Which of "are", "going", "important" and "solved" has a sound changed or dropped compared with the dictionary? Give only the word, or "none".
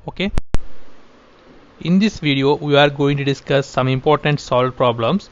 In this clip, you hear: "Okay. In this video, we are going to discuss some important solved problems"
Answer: solved